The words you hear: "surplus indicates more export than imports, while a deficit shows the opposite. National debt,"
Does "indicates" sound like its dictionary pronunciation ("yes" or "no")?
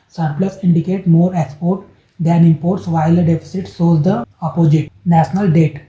no